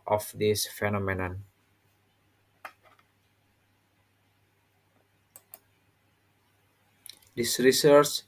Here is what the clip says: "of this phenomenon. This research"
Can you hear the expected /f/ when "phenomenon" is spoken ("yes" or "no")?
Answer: yes